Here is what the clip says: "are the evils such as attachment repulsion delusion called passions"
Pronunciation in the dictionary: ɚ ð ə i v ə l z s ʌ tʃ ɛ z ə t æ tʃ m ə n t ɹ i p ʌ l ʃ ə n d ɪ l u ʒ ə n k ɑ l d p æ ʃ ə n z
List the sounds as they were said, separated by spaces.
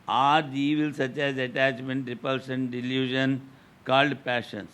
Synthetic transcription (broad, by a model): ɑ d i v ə l s ʌ tʃ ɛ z ə t æ tʃ m ə n t ɹ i p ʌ l s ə n d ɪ l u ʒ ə n k ɑ l d p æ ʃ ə n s